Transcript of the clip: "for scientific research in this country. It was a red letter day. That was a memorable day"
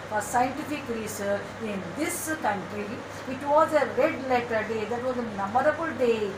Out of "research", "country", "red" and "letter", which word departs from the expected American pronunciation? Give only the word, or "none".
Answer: research